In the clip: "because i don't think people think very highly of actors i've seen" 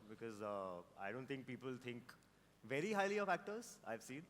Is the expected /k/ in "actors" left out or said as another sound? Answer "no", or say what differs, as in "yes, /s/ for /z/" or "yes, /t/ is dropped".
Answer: no